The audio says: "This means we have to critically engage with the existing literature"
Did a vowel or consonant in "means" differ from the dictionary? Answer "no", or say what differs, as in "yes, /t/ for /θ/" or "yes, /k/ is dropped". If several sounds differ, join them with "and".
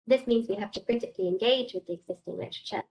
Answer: no